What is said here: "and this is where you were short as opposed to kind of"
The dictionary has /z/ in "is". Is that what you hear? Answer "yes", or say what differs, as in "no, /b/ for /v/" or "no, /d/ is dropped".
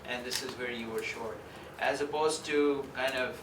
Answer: yes